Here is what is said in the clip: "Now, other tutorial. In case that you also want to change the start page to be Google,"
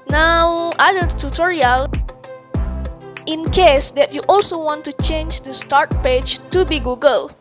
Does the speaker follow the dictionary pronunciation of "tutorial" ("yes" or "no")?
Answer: yes